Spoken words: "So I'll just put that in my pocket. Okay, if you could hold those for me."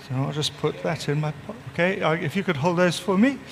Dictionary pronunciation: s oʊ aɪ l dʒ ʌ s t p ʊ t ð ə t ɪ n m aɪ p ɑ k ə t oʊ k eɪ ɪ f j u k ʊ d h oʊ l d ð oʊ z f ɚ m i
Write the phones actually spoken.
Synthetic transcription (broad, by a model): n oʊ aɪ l dʒ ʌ s p ʊ t ð ə t ɪ n m aɪ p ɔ ə k eɪ ɪ f j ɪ k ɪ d h oʊ l d ð oʊ z f ɚ m i